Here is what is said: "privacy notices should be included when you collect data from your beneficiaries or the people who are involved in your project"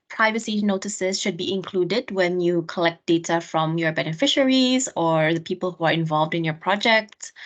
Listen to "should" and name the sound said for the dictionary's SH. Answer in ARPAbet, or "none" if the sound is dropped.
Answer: SH